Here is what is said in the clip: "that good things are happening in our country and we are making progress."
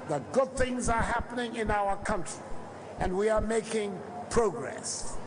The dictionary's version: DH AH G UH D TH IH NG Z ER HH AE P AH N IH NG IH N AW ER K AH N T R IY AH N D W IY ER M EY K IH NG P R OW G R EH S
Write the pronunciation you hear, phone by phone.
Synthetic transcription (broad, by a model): DH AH G UH D TH IH NG Z ER HH AE P AH N IH NG IH N AW ER K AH N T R IY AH N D W IY ER M EY K IH NG P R OW G R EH S